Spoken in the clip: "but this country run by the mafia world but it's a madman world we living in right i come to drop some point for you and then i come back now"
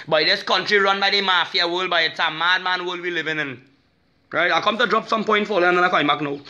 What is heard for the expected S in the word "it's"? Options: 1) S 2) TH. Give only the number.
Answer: 1